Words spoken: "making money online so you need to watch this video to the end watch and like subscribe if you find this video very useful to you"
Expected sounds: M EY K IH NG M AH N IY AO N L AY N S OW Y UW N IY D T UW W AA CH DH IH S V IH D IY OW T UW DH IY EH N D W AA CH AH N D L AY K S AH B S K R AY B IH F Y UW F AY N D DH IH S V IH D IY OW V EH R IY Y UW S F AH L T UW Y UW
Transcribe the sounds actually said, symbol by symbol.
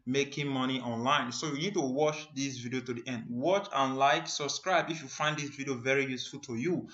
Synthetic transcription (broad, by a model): M EY K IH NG M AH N IY AO N L AY N S OW Y UW N IY D T UW W AA CH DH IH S V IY D IY OW T UW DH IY EH N D W AA CH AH N L AY K S AH B S K R AY B IH F Y UW F AY N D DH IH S V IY D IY OW V EH R IY Y UW S F AH L T UW Y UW